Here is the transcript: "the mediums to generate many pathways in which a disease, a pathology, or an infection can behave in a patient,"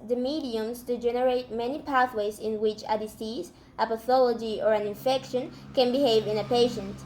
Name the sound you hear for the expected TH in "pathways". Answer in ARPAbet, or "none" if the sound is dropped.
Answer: TH